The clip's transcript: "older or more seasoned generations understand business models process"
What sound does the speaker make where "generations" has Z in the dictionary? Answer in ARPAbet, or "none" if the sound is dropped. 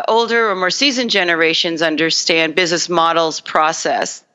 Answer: Z